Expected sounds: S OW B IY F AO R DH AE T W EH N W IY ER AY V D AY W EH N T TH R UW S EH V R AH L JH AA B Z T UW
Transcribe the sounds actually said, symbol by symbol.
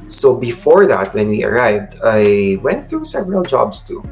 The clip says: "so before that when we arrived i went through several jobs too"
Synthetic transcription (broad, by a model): S OW B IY F AO R DH AE T W EH N W IY ER AY V D AY W EH N T TH R UW S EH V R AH L JH AA B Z T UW